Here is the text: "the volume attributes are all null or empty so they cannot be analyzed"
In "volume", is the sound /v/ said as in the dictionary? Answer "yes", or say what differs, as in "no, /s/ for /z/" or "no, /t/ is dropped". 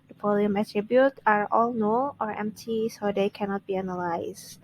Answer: no, /p/ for /v/